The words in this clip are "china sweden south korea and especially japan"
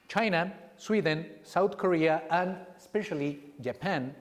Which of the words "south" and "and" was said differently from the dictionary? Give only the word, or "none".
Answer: south